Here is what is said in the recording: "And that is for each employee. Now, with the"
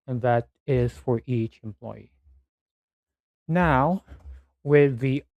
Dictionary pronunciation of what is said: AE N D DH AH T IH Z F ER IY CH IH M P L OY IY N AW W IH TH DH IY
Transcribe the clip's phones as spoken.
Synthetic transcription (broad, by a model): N DH AH T IH Z F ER IY CH IH M P L OY IY N AW W IH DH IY